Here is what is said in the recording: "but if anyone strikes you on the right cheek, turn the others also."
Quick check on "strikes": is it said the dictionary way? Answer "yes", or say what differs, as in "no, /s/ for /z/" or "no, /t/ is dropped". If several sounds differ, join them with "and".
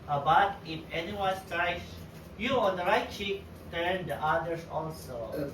no, /k/ is dropped